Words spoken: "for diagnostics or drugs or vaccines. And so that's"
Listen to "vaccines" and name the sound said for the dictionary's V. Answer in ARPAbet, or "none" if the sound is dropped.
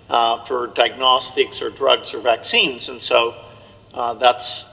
V